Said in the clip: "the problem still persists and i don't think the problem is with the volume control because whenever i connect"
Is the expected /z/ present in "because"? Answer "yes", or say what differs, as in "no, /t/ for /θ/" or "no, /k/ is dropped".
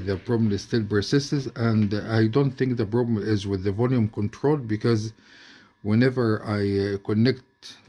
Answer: yes